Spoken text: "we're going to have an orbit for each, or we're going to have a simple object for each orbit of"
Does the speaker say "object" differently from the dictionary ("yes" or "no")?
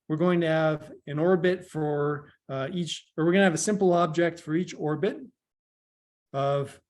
no